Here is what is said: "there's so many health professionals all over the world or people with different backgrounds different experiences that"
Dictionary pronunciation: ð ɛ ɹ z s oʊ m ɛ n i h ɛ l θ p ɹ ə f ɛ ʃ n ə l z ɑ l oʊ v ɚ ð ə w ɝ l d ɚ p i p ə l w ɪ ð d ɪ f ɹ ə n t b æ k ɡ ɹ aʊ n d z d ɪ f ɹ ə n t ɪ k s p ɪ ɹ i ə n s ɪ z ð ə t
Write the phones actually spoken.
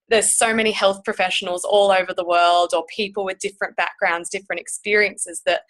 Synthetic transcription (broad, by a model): ð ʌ ɹ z s oʊ m ɛ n i h ɛ l θ p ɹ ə f ɛ ʃ n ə l z ɑ l oʊ v ɚ ð ə w ɝ l d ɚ p i p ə l w ɪ ð d ɪ f ɹ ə n b æ k ɡ ɹ aʊ n d z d ɪ f ɹ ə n t ɪ k s p ɪ ɹ i ə n s ɪ z ð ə t